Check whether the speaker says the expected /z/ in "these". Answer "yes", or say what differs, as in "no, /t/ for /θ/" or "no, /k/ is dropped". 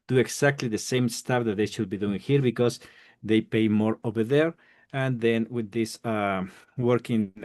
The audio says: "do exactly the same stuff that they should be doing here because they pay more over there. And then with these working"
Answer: no, /s/ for /z/